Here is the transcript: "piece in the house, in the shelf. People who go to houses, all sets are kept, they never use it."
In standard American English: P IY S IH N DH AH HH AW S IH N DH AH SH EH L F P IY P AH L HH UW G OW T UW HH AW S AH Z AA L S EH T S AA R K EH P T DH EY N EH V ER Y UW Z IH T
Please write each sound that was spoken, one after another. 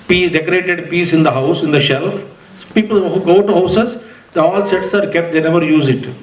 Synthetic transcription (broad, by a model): P IY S IH N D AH HH AW S IH N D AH SH EH L F P IY P AH L HH UW G OW T UW HH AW S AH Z AA L S EH T S AA R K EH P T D EY N EH V ER Y UW Z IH T